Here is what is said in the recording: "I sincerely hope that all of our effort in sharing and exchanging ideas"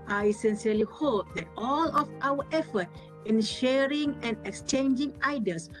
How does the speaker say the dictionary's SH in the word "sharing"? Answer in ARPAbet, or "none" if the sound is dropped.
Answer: SH